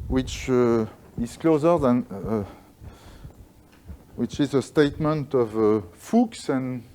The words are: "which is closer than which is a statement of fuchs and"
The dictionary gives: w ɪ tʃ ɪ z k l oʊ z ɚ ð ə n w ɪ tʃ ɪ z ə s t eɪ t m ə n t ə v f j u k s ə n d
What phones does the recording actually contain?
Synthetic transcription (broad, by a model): w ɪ tʃ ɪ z k l oʊ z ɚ ð ə n w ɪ tʃ ɪ z ə s t eɪ t m ə n t ə v f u k s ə n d